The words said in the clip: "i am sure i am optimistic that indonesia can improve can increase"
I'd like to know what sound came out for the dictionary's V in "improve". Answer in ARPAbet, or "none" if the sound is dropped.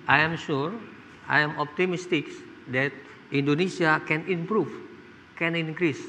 F